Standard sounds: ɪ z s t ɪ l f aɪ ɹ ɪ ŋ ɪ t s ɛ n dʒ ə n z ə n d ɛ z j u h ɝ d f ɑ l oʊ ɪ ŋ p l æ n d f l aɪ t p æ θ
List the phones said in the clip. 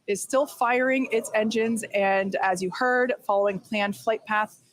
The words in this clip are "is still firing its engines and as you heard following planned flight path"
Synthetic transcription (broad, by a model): ɪ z s t ɪ l f aɪ ɹ ɪ ŋ ɪ t s ɛ n dʒ ə n z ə n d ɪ z j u h ɝ d f ɑ l oʊ ɪ ŋ p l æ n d f l aɪ t p æ θ